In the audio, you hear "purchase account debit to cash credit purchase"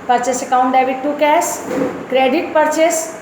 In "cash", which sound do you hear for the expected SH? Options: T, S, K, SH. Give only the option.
S